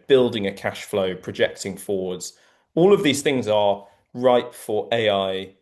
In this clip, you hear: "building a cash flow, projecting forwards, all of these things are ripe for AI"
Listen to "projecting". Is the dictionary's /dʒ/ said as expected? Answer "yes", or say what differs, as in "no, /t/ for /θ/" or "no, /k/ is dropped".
yes